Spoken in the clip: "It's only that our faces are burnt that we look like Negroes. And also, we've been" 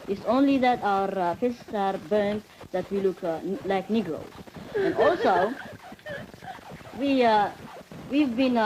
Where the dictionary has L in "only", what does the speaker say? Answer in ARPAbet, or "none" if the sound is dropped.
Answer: L